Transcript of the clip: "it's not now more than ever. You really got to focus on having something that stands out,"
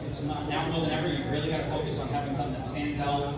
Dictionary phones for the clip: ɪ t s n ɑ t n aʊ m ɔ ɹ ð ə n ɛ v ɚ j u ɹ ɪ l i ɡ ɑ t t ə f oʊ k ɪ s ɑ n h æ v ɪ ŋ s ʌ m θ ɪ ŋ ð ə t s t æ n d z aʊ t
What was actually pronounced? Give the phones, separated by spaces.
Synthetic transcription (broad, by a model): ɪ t s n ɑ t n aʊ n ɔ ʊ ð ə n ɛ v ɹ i ɹ ɪ l i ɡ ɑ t t ə f oʊ k ɪ s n h æ v ɪ ŋ s ʌ m θ ɪ ŋ ð ə t s t æ n d z aʊ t